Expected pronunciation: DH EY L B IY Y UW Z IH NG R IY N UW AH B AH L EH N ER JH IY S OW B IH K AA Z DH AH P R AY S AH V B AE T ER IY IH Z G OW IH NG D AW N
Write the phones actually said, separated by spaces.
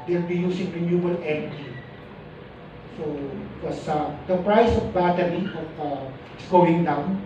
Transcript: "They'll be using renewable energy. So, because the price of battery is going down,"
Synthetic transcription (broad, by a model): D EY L B IY Y UW S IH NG R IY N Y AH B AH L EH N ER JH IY S OW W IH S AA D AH P R AY S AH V B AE T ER IY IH S G OW IH NG D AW N